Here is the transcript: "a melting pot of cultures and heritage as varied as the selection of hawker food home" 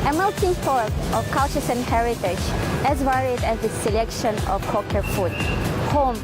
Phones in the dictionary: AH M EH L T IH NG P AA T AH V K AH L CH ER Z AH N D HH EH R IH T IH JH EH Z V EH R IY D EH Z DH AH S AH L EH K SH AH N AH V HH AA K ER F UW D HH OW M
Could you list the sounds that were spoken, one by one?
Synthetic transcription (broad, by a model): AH M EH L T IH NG F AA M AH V K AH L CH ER S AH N HH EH R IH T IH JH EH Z V EH R IY D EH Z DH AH S AH L EH K SH AH N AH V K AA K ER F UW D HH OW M